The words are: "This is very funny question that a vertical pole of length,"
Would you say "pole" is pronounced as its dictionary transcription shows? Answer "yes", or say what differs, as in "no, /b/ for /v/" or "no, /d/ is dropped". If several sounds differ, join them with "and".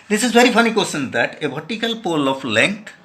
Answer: yes